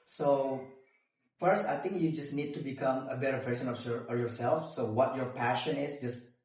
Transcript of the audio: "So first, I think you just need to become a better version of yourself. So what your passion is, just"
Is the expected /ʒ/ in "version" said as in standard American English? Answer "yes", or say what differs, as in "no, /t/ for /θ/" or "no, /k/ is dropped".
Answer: no, /s/ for /ʒ/